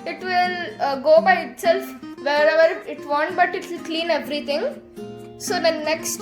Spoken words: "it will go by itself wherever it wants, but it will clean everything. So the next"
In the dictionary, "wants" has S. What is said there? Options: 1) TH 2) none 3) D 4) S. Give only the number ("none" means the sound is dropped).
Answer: 2